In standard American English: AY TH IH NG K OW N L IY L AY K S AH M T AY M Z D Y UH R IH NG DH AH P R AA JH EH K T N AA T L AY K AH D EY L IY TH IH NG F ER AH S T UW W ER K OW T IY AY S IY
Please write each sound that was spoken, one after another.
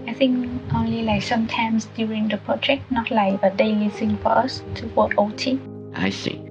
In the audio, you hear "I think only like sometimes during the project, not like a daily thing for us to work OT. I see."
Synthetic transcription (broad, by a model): AY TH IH NG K OW N L IY L AY K S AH M T AY M S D Y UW R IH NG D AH P R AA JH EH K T N AA T L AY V AH D EY L IY S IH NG F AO AH S T UW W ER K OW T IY AY S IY